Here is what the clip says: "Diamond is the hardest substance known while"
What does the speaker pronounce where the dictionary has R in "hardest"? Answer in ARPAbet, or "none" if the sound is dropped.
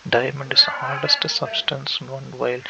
L